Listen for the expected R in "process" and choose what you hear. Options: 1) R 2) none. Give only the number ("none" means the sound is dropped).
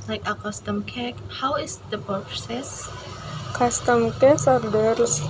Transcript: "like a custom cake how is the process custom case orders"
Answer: 2